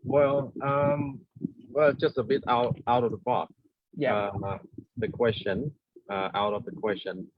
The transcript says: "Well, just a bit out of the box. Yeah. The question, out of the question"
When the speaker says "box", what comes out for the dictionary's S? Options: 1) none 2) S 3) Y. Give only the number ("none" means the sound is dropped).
1